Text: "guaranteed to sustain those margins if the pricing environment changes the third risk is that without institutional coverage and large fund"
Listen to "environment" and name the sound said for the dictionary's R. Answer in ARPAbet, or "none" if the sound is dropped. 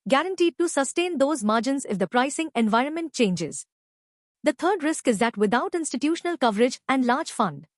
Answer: R